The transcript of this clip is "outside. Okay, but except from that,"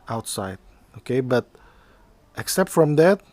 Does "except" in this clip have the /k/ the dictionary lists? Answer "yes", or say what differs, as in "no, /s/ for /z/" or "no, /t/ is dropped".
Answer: yes